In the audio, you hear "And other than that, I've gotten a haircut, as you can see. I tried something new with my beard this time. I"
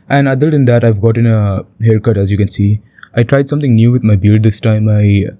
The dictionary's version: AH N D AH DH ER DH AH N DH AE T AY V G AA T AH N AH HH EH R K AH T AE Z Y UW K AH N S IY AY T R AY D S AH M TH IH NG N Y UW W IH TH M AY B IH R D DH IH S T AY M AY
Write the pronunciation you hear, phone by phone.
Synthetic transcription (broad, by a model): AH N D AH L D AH N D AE T AY V G AA T AH N AH HH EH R K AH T AE Z Y UW K AH N S IY AY T R AY D S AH M T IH NG N Y UW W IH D M AY B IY L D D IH S T AY M AY